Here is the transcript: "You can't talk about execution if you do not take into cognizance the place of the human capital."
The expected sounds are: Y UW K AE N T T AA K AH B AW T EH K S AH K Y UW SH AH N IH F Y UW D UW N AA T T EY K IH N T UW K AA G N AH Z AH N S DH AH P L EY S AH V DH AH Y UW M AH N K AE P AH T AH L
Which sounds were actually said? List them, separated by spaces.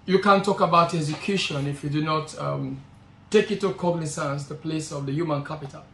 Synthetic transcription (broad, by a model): Y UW K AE N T T AA K AH B AW T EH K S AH K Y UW SH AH N IH F Y UW D UW N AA T T EY K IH T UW K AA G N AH S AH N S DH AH P L EY S AH V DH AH Y UW M AH N K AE P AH T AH L